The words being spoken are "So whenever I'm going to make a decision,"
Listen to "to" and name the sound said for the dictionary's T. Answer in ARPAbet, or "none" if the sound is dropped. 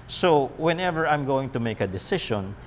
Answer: T